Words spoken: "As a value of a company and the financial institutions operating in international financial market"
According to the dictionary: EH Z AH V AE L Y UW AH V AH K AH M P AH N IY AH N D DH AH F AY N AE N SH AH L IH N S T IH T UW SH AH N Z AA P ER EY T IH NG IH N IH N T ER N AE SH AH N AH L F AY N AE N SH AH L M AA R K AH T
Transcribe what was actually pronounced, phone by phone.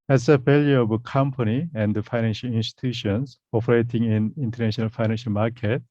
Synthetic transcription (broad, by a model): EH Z AH F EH L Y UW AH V AH K AH M P AH N IY AH N D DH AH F AY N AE N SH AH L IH N S T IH T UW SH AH N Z AA P ER EY T IH NG IH N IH N T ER N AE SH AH N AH L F AY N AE N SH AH L M AA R K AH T